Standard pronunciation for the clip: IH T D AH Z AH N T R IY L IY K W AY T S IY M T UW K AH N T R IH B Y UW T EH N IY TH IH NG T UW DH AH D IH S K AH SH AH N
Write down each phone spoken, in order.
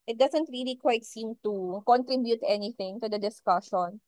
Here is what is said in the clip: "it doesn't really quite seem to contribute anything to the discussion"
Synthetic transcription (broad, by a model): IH T D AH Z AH N T R IY L IY K W AY T S IY M T UW K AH N T R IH B Y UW T EH N IY TH IH NG T UW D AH D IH S K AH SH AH N